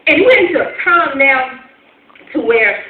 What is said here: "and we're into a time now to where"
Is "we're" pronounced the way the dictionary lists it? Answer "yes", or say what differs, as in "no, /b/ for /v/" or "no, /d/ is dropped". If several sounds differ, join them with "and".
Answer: no, /w/ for /ɹ/